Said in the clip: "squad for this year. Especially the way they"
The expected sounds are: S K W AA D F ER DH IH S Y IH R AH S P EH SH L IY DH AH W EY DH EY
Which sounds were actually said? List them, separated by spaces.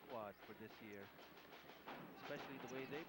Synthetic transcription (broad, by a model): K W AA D F ER DH IH S Y IH R AH S P EH SH L IY DH AH W EY DH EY